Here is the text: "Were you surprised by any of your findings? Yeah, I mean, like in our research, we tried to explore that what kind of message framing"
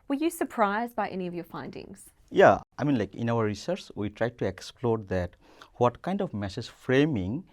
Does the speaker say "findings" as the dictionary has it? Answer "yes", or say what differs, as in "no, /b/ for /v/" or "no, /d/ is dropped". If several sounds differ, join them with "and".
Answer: yes